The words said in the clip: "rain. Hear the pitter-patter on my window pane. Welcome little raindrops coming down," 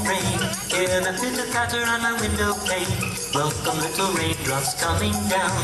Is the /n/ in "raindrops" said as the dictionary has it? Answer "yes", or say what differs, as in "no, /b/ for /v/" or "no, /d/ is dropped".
no, /n/ is dropped